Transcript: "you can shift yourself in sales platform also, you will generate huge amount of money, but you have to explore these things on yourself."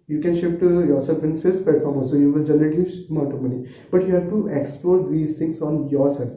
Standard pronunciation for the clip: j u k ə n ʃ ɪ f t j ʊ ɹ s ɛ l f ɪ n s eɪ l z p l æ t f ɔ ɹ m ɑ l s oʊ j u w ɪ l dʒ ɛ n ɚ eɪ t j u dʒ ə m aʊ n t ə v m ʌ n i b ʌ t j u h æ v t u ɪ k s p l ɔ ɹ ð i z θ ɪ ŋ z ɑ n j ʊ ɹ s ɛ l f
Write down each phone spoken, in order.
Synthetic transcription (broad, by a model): j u k ə n ʃ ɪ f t j ʊ ɹ s ɛ l f ɪ n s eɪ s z p l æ t f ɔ ɹ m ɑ s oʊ j u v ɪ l dʒ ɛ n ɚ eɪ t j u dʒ m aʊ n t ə m ʌ n i b ʌ t j u h æ v t u ɪ k s p l ɔ ɹ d i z t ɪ ŋ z ɑ n j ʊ ɹ s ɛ l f